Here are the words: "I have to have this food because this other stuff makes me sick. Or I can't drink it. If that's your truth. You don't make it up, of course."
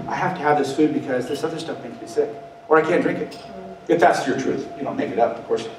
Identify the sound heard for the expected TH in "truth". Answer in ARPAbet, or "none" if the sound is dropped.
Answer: TH